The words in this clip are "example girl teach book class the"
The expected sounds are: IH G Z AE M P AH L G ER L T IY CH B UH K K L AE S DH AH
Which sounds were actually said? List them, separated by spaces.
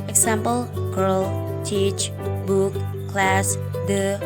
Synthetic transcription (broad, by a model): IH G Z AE M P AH L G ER L T IY CH B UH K K L AE S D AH